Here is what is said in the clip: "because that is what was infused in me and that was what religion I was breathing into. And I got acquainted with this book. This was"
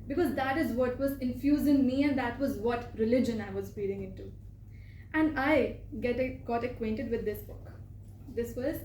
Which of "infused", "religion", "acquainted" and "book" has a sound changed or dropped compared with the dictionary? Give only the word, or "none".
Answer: infused